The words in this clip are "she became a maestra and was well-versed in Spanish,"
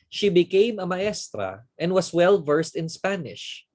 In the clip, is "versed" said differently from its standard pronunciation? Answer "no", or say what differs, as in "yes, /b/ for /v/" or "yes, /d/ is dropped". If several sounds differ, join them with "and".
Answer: no